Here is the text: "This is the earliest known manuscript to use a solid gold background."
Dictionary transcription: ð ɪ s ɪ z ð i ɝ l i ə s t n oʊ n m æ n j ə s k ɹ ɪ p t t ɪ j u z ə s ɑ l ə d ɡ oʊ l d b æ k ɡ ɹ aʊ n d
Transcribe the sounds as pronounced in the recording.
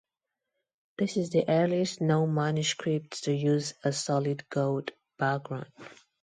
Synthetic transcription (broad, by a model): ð ɪ s ɪ z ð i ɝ l i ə s t n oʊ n m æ n j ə s k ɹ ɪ p t t ɪ j u z ə s ɑ l ə d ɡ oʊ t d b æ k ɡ ɹ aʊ n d